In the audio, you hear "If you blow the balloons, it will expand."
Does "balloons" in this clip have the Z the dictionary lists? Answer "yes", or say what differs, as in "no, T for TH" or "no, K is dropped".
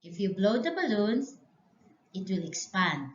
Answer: no, S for Z